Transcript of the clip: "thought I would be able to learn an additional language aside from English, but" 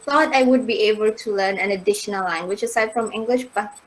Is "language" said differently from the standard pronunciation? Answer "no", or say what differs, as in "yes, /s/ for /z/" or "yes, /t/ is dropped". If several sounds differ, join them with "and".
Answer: yes, /tʃ/ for /dʒ/